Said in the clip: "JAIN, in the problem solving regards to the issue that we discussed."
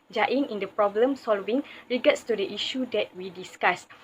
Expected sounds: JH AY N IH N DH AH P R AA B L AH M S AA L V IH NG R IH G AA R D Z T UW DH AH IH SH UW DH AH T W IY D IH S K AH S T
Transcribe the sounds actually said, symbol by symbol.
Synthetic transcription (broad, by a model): JH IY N IH N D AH P R AA B L AH M S AA L V IH NG R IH G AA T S T UW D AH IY SH UW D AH T W IY D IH S K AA S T